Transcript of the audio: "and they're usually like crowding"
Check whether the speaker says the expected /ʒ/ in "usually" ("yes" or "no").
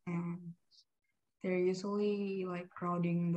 no